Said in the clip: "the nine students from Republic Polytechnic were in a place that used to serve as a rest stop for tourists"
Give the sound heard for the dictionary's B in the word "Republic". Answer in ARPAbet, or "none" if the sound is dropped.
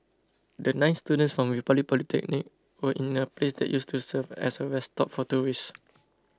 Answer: none